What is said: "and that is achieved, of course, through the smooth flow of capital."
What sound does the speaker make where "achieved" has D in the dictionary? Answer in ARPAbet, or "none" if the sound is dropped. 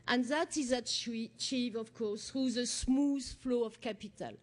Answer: none